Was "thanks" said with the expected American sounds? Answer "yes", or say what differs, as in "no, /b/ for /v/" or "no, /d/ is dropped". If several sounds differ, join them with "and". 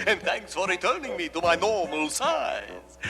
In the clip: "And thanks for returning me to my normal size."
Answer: yes